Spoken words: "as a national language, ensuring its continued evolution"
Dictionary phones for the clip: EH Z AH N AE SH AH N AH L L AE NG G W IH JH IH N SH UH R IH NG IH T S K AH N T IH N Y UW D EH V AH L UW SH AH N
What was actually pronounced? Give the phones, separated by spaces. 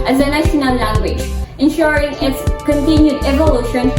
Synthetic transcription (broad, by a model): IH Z AH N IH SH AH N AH N L AE NG G W IH JH IH N SH UH R IH NG IH T S K AH N T IH N Y UW D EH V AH L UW SH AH N